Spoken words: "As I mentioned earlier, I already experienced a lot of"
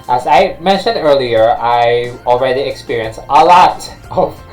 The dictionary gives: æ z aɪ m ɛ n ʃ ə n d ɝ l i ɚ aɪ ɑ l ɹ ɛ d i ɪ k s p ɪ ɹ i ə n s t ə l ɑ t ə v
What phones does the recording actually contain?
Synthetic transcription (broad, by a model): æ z aɪ m ɛ n ʃ ə n d ɝ l i ɚ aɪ ɑ l ɹ ɛ d i ɪ k s p ɪ ɹ i ə n s t ə l ɑ t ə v